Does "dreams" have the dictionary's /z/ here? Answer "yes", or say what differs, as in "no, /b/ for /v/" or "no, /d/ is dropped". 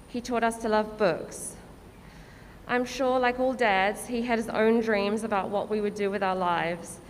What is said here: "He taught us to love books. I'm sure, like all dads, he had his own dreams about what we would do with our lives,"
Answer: yes